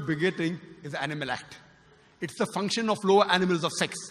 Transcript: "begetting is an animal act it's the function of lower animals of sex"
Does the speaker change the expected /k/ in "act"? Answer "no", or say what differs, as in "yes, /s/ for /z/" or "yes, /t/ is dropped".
no